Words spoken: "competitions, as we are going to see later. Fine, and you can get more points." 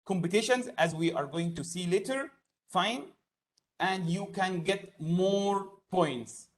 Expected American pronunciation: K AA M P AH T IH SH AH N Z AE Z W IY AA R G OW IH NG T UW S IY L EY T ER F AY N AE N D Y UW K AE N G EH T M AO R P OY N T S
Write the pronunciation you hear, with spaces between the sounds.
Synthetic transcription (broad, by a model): K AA M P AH T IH SH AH N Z AE Z W IY AA R G OW IH NG T UW S IY L EY T ER F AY N AE N D Y UW K AE N G EH T M AO R P OY N T S